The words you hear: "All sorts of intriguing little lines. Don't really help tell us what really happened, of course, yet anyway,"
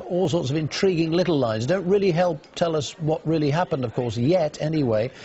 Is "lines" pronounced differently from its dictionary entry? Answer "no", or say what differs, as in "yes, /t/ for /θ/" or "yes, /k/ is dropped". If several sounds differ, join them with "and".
no